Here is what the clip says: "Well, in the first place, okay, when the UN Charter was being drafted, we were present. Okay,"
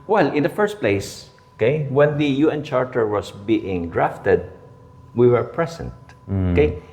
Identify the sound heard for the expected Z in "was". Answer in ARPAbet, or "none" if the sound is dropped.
S